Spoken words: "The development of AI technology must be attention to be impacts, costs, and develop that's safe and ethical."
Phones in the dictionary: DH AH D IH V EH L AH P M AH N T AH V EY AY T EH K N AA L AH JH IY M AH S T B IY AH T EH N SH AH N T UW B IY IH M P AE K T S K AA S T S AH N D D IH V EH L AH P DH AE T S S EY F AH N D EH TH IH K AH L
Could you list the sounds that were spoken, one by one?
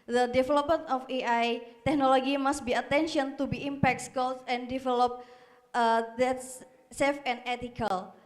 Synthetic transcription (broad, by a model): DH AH D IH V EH L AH P M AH N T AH F EY AY T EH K N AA L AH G IY M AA S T B IY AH T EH N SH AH N T UW B IY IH M P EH K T S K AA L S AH N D D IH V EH L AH P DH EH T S S EY F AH N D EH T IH K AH L